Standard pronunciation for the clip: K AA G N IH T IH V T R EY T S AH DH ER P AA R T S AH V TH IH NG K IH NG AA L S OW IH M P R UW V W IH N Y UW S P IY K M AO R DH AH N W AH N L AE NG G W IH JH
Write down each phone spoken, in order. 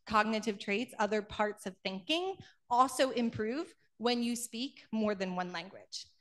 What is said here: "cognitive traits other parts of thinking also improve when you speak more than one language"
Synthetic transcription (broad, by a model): K AA G N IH T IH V T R EY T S AH DH ER P AA R T S AH V TH IH NG K IH NG AA L S OW IH M P R UW V W IH N Y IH S P IY K M AO R DH AH N W AH N L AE NG G W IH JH